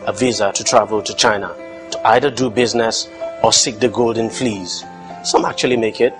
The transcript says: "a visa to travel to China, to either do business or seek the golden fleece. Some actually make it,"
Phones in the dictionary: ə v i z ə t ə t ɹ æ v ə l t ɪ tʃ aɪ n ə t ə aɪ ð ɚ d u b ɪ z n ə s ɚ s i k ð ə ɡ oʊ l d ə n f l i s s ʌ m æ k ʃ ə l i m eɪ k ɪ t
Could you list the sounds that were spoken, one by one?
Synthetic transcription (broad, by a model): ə v i z ə t ə t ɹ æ v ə l t ɪ tʃ aɪ n ə t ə aɪ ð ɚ d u b ɪ z n ə s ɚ s i k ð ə ɡ oʊ l d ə n f l i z s ʌ m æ k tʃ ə l i m eɪ k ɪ t